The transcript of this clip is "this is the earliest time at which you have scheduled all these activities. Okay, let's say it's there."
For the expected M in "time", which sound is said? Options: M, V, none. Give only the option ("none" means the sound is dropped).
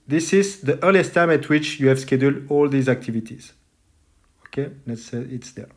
M